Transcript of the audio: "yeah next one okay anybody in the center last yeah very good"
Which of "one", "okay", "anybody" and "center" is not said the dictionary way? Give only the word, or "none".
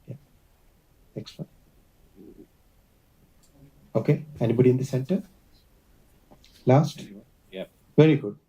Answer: one